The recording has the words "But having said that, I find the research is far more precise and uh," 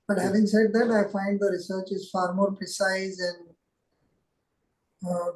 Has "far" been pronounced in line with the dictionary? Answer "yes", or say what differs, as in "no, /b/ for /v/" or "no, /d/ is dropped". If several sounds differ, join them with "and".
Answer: yes